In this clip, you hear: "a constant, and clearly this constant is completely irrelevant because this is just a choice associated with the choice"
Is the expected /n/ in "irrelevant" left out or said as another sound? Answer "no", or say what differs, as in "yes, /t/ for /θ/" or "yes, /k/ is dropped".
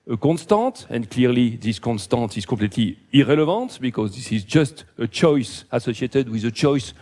yes, /n/ is dropped